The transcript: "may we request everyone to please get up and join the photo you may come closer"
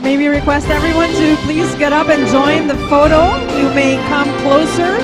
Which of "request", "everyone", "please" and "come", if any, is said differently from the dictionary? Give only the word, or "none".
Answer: none